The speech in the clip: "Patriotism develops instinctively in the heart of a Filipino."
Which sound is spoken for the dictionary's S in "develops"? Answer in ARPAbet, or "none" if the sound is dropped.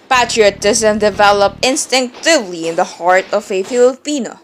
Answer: none